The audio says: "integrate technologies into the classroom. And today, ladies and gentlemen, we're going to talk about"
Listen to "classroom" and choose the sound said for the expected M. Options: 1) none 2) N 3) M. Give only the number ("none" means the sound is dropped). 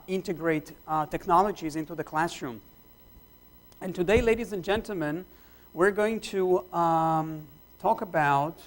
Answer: 3